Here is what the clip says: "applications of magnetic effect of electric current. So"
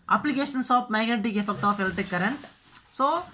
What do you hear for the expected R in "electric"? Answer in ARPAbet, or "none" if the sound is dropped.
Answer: none